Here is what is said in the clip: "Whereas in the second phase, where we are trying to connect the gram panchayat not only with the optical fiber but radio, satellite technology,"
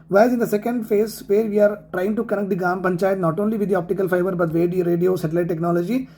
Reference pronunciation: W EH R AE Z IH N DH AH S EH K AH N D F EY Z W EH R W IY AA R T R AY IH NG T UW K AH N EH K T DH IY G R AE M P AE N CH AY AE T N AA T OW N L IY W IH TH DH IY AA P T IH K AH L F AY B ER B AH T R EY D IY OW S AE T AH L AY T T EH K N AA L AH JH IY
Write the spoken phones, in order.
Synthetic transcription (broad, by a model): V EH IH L IH N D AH S EH K AH N D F EY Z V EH R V IY AA R T R AY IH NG T UW K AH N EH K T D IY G AA M P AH N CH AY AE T N AA T OW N L IY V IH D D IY AA P T IH K AH L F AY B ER B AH T R EY D IY OW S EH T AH L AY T T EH K N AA L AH JH IY